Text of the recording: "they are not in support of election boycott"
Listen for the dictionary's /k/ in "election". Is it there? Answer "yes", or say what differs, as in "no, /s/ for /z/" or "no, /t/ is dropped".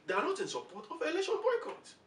no, /k/ is dropped